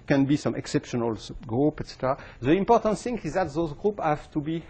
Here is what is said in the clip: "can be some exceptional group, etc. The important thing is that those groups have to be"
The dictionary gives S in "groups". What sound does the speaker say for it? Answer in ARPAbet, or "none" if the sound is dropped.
none